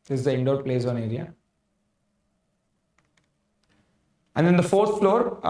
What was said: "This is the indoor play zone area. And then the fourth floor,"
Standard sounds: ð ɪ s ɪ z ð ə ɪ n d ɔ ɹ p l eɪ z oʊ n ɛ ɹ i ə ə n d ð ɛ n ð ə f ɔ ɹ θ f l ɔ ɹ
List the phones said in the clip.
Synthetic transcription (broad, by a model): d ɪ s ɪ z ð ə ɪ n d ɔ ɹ p l eɪ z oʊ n ɛ ɹ i ə ə n d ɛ n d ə f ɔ ɹ s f l ɔ ɹ